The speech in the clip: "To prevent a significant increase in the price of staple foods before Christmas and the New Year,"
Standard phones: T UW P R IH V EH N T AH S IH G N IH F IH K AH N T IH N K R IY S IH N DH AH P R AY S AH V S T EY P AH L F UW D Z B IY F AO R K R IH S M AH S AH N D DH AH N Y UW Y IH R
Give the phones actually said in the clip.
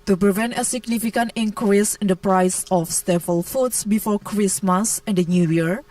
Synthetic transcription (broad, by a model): T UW P R IH V EH N T AH S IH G N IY F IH K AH N T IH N K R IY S IH N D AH P R AY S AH F S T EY F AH L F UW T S B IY F AO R K R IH S M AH S AH N D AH N Y UW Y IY R